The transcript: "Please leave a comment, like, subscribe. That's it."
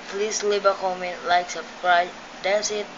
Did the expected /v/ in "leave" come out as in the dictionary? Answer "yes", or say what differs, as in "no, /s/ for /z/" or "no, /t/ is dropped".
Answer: no, /b/ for /v/